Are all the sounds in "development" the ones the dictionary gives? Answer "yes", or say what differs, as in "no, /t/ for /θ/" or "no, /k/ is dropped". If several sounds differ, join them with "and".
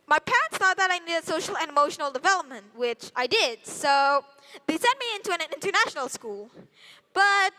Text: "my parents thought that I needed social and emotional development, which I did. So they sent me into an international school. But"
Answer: yes